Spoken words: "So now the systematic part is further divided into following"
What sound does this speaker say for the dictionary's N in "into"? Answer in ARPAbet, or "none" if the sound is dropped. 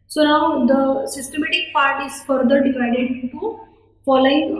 none